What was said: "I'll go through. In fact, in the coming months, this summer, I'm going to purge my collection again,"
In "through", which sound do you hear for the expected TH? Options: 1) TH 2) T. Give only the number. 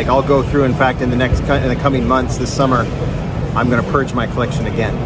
1